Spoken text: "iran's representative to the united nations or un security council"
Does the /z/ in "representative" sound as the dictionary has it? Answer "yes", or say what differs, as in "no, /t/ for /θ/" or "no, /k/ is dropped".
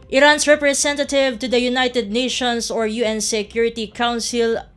no, /s/ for /z/